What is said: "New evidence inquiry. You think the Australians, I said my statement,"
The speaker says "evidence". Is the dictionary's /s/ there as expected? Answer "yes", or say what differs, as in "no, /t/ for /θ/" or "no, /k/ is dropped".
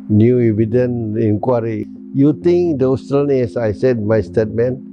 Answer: no, /s/ is dropped